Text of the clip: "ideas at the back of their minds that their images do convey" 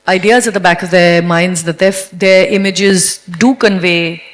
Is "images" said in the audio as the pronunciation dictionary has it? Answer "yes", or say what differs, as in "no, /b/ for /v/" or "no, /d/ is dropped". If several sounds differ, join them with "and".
yes